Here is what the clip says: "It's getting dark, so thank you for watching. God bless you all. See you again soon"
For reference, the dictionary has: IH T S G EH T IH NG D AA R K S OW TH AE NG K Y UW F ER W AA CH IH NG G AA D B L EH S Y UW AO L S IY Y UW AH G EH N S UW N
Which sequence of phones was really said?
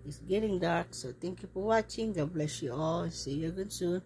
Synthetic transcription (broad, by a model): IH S G EH T IH NG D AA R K S OW T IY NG K Y UW P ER W AA CH IH NG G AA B L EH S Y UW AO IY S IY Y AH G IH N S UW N